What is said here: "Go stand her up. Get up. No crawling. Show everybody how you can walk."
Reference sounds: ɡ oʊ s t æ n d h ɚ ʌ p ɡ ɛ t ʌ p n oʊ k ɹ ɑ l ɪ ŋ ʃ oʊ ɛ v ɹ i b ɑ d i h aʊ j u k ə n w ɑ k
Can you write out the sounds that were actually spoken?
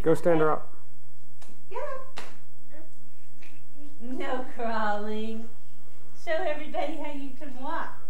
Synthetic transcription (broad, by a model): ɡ oʊ s t æ n d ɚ ʌ p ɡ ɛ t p n oʊ k ɹ ɑ l ɪ ŋ s oʊ ɛ v ɹ i b ɑ d i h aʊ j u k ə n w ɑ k